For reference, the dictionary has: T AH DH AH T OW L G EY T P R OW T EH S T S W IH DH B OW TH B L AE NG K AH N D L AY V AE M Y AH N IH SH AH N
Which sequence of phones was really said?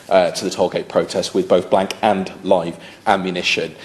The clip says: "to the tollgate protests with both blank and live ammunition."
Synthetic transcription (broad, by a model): T AH DH AH T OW G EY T P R OW T EH S T W IH DH B OW TH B L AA NG K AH N L AY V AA M Y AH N IH SH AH N